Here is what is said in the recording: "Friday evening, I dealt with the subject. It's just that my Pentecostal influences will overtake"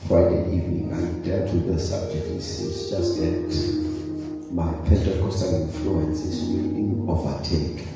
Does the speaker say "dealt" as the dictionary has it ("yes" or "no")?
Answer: no